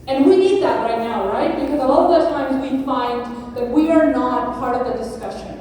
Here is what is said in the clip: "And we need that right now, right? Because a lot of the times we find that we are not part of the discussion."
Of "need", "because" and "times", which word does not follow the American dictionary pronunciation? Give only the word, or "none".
none